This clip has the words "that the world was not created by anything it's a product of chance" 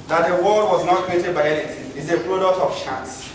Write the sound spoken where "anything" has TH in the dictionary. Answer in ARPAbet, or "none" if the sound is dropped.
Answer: T